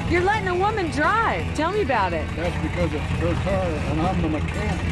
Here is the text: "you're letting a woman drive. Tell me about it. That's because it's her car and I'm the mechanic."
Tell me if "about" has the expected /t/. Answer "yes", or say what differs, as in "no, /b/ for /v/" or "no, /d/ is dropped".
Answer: yes